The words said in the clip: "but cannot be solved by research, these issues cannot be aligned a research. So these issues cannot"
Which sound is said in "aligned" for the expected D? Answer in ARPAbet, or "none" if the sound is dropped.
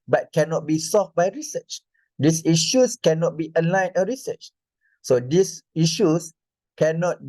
none